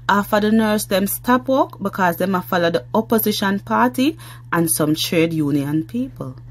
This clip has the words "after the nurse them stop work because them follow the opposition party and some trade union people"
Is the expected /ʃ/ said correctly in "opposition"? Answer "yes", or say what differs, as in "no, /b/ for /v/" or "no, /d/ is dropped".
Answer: yes